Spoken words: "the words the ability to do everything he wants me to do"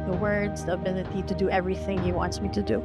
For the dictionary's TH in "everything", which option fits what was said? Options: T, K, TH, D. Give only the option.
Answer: TH